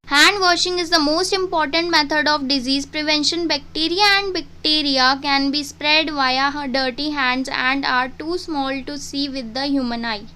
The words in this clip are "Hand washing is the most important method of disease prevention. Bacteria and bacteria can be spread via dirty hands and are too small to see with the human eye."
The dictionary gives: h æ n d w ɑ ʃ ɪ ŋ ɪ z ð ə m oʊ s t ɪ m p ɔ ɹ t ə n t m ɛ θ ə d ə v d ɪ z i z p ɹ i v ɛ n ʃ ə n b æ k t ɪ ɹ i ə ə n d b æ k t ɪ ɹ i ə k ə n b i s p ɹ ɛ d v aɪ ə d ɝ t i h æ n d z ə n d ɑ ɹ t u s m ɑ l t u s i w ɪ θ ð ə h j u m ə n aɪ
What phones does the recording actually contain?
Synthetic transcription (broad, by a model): h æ n d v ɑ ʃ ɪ ŋ ɪ z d ə m oʊ s t ɪ m p ɔ ɹ t ə n t m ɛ t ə d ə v d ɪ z i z p ɹ i v ɛ n ʃ ə n b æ k t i ɹ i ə ə n d b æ k t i ɹ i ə k ə n b i s p ɹ ɛ d v aɪ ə d ɝ t i h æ n d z ə n d ɑ ɹ t u s m ɑ l t u s i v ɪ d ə h j u m ə n aɪ